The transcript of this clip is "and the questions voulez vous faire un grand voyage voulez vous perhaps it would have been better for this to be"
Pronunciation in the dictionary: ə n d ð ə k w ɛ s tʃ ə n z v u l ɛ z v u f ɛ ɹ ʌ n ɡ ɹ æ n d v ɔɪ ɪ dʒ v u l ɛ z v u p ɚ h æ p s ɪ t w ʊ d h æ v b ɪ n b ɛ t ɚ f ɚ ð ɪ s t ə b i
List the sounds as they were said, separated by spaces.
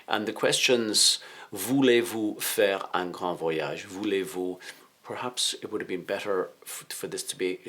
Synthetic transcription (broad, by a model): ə n ð ə k w ɛ s tʃ ə n z v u l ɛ v u f ɛ ɹ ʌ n ɡ ɹ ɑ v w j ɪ ʒ v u l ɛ v u p ɚ h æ p s ɪ t w ʊ d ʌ v b ɪ n b ɛ t ɚ f ɚ ð ɪ s t ə b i